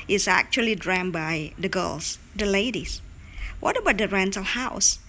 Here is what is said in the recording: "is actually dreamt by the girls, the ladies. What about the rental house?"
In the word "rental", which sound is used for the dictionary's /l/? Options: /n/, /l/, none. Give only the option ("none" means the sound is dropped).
/l/